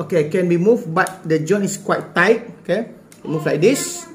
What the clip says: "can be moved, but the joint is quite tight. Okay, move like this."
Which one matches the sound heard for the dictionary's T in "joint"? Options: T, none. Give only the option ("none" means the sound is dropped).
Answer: none